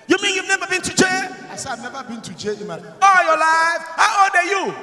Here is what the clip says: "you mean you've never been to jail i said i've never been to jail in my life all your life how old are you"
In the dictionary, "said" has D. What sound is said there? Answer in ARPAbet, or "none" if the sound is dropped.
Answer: none